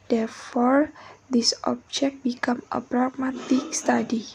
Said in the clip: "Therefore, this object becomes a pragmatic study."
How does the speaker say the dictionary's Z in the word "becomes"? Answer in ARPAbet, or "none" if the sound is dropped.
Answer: none